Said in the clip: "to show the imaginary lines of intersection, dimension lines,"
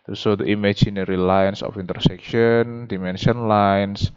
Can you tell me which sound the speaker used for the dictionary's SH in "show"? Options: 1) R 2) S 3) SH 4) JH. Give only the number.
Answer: 2